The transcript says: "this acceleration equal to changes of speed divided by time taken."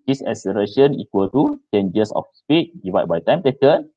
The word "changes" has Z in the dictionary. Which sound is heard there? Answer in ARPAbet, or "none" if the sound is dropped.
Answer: S